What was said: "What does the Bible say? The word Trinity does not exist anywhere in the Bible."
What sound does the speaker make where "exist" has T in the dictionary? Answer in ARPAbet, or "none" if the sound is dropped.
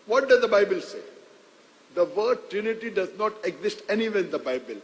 T